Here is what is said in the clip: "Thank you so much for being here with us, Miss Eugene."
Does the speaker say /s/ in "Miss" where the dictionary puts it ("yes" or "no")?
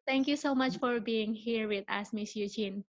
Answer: yes